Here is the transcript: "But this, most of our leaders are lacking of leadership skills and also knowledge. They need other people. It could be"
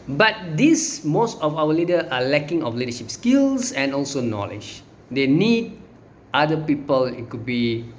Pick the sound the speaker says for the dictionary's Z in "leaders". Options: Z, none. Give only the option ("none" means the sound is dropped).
none